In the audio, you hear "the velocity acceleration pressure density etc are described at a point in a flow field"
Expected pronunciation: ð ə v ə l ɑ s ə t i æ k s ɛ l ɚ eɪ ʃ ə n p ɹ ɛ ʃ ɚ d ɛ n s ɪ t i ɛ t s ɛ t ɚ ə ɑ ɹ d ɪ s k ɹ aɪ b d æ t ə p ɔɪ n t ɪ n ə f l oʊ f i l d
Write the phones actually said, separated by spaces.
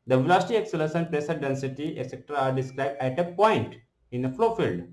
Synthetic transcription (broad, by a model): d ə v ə l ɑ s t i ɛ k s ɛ l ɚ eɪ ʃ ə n p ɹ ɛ s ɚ d ɛ n s ɪ t i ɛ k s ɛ t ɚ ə ɑ ɹ d ɪ s k ɹ aɪ b d æ t ə p ɔɪ n t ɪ n ə f l oʊ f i l d